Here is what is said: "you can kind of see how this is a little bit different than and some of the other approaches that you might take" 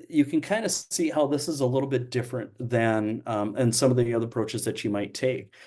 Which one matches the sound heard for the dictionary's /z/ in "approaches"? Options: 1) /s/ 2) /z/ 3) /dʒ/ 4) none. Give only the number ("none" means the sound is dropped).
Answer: 2